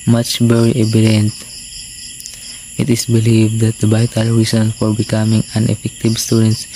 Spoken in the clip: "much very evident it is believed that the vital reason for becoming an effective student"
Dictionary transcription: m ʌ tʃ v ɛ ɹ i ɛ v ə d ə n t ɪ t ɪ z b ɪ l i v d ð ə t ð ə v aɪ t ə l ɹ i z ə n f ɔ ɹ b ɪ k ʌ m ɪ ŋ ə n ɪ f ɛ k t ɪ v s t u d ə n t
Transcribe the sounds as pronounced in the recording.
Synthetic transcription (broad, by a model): m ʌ tʃ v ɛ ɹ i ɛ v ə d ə n t ɪ t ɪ s b ɪ l i v d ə t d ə b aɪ t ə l ɹ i s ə n f ɔ ɹ b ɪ k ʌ m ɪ ŋ ə n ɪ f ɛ k t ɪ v s t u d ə n t